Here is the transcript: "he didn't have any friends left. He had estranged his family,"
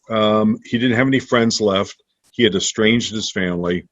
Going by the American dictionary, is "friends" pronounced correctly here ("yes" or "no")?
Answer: yes